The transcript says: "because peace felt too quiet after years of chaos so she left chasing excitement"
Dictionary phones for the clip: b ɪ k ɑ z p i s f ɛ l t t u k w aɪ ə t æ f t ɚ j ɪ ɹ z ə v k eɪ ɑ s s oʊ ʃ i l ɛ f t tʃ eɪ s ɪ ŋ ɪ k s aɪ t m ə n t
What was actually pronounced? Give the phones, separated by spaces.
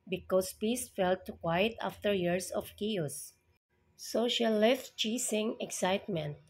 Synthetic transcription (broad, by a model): b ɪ k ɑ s p i s f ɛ l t t u k w aɪ ə t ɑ f t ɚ j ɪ ɹ s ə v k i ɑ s s oʊ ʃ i l ɛ f t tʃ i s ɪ ŋ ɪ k s aɪ t m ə n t